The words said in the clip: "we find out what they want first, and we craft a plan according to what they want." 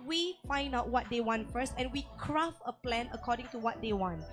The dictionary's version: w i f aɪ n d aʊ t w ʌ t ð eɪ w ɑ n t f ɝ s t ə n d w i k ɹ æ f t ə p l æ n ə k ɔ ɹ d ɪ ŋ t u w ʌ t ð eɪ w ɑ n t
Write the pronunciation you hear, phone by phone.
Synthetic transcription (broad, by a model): w i f aɪ n d aʊ t w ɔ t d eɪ w ɑ n t f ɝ s t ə n w i k ɹ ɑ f ə p l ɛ n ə k ɔ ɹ d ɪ ŋ t u w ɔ t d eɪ w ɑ n t